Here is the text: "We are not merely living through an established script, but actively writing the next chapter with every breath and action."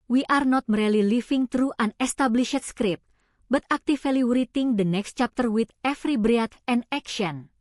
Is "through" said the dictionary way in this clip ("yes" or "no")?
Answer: no